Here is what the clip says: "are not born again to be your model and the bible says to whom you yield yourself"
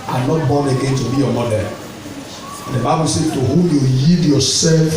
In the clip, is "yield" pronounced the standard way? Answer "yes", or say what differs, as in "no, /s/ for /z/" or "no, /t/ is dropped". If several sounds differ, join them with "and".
no, /l/ is dropped